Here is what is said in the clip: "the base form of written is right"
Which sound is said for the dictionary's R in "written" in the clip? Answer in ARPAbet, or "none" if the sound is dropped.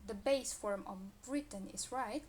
R